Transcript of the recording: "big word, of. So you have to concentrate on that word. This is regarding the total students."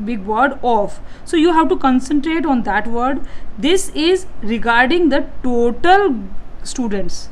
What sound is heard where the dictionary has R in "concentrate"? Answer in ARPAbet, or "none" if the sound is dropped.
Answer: R